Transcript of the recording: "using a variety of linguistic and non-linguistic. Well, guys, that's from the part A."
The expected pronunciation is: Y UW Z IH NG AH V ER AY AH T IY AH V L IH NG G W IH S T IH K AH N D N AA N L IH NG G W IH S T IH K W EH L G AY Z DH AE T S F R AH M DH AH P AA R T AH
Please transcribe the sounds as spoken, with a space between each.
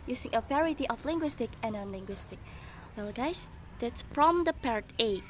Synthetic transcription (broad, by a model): Y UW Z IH NG AH P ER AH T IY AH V L IH NG G W IH S T IH K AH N N AA N L IH NG G W IH S T IH K W EH L G AY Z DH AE T S F R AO M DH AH P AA R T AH